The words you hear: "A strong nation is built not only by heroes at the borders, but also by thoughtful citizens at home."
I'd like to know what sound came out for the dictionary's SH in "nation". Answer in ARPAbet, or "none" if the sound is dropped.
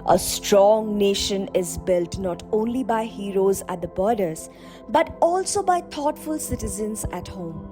SH